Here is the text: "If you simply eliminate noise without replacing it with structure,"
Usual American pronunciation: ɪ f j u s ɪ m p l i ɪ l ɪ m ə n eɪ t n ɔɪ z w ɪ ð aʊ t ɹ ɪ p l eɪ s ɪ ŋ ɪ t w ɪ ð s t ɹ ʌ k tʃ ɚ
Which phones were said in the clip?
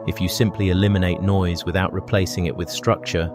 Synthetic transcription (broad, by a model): ɪ f j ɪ s ɪ m p l i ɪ l ɪ m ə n eɪ t n ɔɪ z w ɪ ð aʊ t ɹ ɪ p l eɪ s ɪ ŋ ɪ t w ɪ ð s t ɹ ʌ k tʃ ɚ